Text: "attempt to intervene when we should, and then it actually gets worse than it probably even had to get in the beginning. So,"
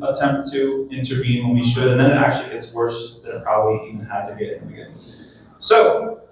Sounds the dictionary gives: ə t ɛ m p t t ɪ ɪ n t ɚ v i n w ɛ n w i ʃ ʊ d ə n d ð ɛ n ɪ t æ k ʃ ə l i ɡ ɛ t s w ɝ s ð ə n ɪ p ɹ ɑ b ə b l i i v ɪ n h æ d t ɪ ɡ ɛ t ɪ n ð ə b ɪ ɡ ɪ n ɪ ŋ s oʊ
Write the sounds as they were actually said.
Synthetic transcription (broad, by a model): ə t ɛ m p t t ɪ ɪ n t ɚ v i n w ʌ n w i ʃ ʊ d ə n ð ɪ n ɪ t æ k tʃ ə l i ɡ ɛ t s w ɝ s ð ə ɪ p ɹ ɑ b ə b l i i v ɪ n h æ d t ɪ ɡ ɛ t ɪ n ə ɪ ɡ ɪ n s oʊ